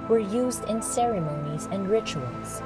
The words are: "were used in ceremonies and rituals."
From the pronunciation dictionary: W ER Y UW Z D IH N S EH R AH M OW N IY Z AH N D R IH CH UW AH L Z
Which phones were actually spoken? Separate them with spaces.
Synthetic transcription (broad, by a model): W ER Y UW Z D IH N S EH R AH M OW N IY Z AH N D R IH CH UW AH L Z